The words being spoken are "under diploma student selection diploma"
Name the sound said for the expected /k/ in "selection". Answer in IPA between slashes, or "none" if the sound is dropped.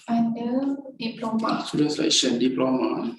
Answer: none